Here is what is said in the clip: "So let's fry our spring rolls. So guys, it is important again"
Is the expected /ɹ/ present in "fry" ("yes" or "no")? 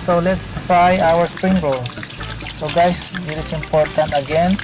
no